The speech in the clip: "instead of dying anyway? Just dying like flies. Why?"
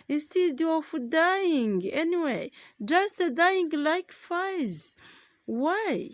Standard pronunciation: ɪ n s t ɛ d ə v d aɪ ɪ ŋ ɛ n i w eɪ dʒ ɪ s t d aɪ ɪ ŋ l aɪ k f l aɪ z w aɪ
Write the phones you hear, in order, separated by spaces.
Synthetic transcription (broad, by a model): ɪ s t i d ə f d aɪ ɪ ŋ ɛ n i w eɪ dʒ ɪ s t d aɪ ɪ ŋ l aɪ k f aɪ z w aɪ